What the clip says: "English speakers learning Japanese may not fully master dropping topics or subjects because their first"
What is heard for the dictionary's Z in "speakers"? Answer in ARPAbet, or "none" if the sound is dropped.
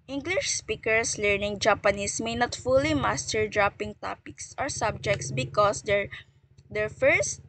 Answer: S